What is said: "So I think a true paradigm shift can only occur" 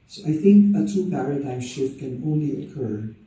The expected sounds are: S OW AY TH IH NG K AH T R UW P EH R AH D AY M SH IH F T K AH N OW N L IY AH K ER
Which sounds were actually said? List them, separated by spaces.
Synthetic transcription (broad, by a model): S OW AY TH IH NG K AH T UW P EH R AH D AY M SH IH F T K AH N OW N L IY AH K ER